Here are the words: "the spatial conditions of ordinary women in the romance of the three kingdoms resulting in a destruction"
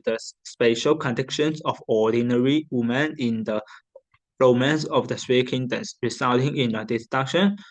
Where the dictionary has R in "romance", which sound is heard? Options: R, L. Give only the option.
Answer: R